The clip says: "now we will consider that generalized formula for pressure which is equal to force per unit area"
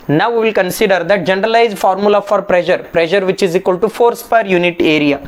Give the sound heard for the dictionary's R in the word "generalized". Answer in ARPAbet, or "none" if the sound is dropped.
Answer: R